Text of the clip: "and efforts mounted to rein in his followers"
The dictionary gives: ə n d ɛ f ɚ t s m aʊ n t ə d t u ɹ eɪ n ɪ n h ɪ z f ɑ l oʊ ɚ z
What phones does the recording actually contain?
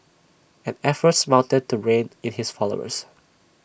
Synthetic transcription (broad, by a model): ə n ɛ f ɚ t s m aʊ n t ə d t u ɹ eɪ n ɪ n h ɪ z f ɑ l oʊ ɚ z